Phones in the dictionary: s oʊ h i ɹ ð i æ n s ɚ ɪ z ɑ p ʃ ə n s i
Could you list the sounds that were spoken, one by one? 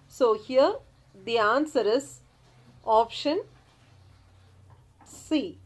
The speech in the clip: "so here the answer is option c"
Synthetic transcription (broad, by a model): s oʊ h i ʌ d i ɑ n s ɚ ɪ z ɑ p ʃ ə n s i